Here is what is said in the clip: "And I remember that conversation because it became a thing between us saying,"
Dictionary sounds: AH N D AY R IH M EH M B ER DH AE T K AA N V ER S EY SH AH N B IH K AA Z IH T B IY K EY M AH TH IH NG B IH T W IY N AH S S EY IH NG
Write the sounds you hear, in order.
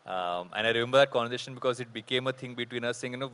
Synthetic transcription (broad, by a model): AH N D AY R IH M EH M B ER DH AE T K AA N ER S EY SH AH N B IH K AA Z IH T B IY K EY M AH T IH NG B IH T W IY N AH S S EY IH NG